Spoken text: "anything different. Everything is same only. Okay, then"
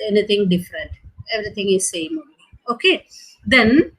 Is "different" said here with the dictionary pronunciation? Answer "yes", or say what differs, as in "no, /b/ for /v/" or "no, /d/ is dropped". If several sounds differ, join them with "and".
yes